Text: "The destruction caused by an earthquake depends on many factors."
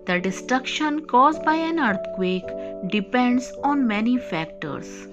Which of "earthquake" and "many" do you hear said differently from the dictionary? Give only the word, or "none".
earthquake